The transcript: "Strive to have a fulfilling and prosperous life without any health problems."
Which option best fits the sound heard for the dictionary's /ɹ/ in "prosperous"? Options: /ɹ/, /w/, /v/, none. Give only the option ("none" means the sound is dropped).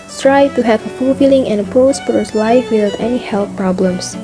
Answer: none